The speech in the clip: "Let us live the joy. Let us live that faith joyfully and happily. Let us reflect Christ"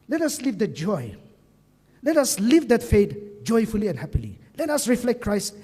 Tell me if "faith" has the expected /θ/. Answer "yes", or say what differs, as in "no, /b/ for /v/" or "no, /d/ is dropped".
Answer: no, /t/ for /θ/